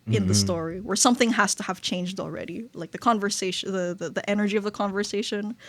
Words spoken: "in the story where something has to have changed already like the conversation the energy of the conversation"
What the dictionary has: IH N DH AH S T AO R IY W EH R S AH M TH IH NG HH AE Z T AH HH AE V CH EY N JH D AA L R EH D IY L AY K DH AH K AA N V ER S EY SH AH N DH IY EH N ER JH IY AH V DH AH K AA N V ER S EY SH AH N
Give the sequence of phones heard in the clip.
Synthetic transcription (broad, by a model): IH N DH AH S T AO R IY W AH R S AH M TH IH NG HH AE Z T AH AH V CH EY N JH D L R EH D IY L AY K DH AH K AA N V ER S EY SH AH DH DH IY EH N ER JH IY AH V DH AH K AA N V ER S EY SH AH N